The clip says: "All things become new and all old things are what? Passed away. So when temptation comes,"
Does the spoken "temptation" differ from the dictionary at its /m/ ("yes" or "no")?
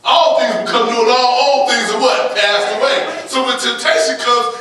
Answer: yes